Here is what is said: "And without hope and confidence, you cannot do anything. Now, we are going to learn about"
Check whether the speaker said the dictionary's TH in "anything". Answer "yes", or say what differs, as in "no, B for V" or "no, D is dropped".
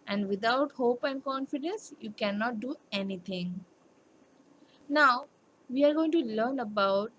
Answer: no, T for TH